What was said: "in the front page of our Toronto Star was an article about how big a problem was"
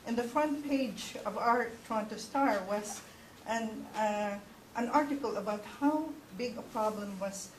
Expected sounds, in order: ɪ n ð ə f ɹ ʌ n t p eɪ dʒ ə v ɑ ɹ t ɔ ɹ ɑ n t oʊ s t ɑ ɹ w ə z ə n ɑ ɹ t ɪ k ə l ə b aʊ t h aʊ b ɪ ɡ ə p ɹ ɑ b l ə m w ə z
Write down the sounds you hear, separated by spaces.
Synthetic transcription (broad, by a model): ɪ n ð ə f ɹ ʌ n t p eɪ dʒ ə v ɑ ɹ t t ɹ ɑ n t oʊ s t ɑ ɹ w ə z ə n ɑ ɹ t ɪ k ə l ə b aʊ t h aʊ b ɪ ɡ ə p ɹ ɑ b l ə m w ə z